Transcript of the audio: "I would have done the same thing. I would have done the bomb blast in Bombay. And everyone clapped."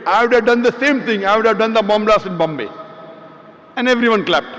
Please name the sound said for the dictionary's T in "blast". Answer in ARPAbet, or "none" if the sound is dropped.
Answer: none